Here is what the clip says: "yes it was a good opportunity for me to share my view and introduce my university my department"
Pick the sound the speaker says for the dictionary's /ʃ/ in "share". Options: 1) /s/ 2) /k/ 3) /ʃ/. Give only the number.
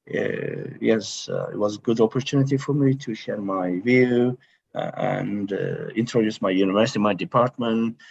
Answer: 3